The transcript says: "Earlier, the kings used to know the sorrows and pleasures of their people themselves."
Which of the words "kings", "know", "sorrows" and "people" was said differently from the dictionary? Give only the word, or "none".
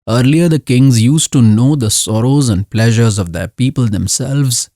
none